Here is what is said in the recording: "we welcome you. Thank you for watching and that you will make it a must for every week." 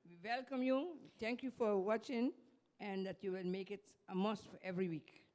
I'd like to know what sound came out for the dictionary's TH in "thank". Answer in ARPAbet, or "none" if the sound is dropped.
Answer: T